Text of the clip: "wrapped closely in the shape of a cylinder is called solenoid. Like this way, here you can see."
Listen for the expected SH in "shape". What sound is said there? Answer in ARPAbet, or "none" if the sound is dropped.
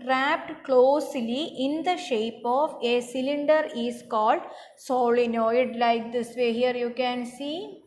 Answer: SH